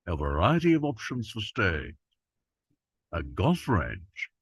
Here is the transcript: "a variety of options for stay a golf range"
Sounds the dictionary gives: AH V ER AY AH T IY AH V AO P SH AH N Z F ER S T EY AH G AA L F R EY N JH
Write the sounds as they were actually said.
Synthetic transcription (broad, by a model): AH V ER AY AH T IY AH V AO P SH AH N Z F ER S T EY AH G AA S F R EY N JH